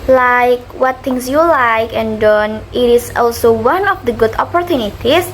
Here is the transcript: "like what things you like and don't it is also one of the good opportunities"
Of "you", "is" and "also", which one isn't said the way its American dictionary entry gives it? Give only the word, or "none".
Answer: is